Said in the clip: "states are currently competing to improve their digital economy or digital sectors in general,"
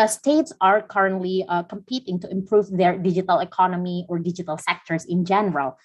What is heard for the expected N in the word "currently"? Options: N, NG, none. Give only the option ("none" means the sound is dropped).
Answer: N